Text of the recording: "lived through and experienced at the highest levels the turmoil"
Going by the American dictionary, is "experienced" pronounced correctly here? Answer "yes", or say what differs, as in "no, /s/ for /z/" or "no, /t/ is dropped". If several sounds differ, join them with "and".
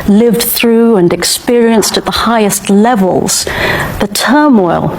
yes